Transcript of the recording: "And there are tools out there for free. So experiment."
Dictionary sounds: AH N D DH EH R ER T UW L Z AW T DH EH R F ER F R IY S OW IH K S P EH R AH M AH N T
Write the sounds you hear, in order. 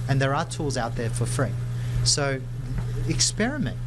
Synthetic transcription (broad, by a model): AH N DH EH R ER T UW L Z AW T DH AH R F ER F R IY S OW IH K S P EH R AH M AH N T